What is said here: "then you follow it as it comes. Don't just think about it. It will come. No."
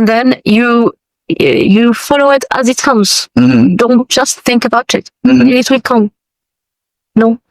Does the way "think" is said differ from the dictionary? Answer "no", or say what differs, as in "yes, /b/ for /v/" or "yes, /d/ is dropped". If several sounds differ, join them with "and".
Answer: no